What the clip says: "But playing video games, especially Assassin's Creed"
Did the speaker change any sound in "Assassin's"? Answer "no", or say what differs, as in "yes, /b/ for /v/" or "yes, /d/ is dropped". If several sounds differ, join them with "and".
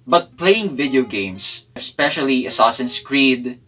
yes, /s/ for /z/